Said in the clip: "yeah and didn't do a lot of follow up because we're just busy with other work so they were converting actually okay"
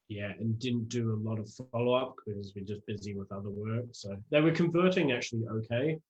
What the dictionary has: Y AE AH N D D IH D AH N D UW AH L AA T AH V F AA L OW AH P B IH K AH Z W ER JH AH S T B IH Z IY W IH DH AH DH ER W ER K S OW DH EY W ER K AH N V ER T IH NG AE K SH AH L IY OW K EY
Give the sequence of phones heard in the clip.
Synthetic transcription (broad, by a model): Y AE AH N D D IH D N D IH AH L AA T AH V F AA L OW AH P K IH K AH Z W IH JH AH S B IH Z IY W IH DH AH DH ER W ER K S OW DH EY W ER K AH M V ER T IH NG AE K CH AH L IY OW K EY